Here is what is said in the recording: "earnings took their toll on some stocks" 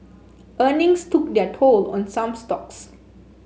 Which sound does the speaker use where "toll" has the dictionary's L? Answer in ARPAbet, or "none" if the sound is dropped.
L